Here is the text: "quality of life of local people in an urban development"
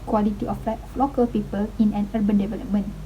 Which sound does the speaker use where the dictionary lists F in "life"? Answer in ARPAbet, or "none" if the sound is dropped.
none